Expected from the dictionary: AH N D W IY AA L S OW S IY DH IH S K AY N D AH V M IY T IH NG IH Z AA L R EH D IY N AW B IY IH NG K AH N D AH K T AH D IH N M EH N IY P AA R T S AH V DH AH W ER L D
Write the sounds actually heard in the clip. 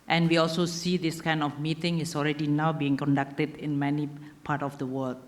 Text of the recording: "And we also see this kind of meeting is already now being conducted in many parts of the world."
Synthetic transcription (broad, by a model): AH N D W IY AA L S OW S IY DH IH S K AY N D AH F M IY T IH NG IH S AA L R EH D IY N AW B IY IH NG K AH N D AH K T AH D IH N M EH N IY P AA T AH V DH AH W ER L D